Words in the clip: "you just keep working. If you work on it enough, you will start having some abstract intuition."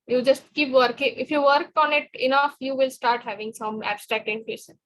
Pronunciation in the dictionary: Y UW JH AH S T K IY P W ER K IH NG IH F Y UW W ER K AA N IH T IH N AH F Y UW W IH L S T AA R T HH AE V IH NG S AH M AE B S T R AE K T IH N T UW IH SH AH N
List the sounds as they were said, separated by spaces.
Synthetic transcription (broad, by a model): Y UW JH AH S T K IY P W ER K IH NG IH F Y UW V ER K AA N IH T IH N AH F Y UW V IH L S T AA R T HH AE V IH NG S AH M AE B S T R AE K T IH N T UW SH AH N